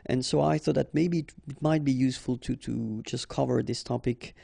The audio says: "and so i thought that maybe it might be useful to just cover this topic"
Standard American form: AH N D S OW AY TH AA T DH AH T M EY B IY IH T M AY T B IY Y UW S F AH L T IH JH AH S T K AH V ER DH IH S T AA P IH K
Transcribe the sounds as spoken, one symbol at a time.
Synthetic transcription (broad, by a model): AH N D S OW AY TH AA T DH AH T M EY B IY IH T M AY T B IY Y UW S F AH L T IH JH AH S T K AH V ER DH IH S T AA P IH K